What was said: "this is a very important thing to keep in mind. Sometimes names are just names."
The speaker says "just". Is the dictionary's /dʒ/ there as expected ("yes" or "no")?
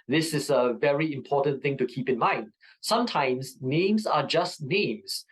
yes